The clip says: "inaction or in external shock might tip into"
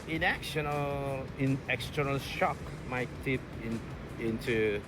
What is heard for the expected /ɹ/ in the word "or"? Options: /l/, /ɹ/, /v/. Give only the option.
/l/